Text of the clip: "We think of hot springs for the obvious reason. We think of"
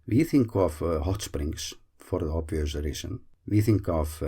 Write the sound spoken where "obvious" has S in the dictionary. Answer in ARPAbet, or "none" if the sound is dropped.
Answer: none